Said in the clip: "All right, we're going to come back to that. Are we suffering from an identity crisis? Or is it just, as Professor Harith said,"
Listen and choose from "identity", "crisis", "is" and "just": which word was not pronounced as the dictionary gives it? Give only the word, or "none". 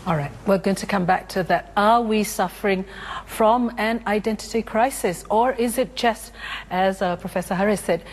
none